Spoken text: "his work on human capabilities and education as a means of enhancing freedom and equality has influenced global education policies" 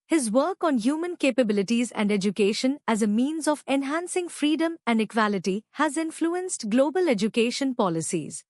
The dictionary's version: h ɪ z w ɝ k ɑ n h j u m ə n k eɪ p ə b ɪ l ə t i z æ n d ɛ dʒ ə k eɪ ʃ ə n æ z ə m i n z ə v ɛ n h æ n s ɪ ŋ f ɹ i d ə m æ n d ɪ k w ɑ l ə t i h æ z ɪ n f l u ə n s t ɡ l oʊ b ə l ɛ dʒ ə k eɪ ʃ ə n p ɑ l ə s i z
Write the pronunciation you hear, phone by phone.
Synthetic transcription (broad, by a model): h ɪ z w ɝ k ɑ n h j u m ə n k eɪ p ə b ɪ l ə t i z æ n d ɛ dʒ ə k eɪ ʃ ə n æ z ə m i n z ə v ɛ n h æ n s ɪ ŋ f ɹ i d ə m æ n d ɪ k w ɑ l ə t i h æ z ɪ n f l u ə n s t ɡ l oʊ b ə l ɛ dʒ ə k eɪ ʃ ə n p ɑ l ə s i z